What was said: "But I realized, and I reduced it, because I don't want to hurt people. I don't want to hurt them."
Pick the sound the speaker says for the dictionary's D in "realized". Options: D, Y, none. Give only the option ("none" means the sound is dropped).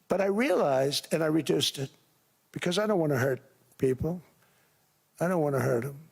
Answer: D